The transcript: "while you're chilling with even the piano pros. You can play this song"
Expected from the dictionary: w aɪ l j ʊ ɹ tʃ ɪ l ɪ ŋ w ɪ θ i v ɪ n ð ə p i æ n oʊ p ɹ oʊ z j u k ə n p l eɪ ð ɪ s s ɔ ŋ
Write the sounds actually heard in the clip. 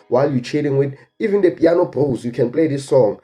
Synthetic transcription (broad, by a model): w aɪ l j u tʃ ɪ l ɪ ŋ w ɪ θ i v ɪ n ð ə p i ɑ n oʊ b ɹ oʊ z j u k ə n p l eɪ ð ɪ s s ɔ ŋ